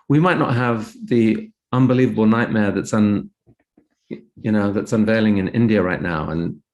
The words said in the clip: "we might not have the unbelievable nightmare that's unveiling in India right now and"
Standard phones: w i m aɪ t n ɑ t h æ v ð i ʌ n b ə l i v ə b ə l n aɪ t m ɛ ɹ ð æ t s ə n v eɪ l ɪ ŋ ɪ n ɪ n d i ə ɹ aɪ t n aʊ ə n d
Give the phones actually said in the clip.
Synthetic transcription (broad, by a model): w i m aɪ t n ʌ t h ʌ v ð i ʌ n b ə l i v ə b l n aɪ t m ɛ ɹ ð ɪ t s ə n v eɪ l ɪ ŋ ɪ n ɪ n d i ə ɹ aɪ t n aʊ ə n